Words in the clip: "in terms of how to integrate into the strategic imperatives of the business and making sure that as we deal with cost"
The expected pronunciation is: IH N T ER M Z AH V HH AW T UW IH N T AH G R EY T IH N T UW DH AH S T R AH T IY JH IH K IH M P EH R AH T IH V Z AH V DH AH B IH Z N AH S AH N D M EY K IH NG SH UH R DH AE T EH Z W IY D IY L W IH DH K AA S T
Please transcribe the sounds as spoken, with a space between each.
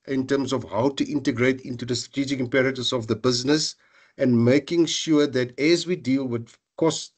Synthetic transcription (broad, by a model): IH N T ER M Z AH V HH AW T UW IH N T AH G R EY T IH N T UW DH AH S T R AH T IY JH IH K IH M P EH R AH T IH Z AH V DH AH B IH Z N AH S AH N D M EY K IH NG SH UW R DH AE T EH Z W IY D IY L W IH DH K AA S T